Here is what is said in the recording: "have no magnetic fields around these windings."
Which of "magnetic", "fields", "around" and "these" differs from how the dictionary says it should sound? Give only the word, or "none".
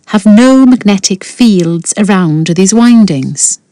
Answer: none